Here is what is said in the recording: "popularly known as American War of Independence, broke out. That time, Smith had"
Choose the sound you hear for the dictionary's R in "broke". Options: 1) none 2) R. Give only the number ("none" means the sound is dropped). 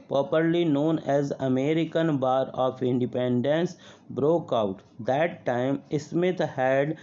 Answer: 2